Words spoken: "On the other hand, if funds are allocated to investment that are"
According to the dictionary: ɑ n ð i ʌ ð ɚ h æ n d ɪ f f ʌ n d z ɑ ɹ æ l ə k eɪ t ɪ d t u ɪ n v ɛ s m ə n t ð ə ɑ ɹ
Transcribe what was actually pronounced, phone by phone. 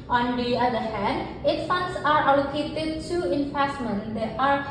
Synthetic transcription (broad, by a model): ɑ n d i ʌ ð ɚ h æ n d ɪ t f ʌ n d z ɑ ɹ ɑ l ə k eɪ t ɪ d t u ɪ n f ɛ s m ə n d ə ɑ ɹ